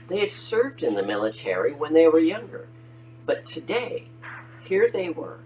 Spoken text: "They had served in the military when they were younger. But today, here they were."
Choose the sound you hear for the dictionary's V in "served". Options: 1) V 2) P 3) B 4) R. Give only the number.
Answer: 1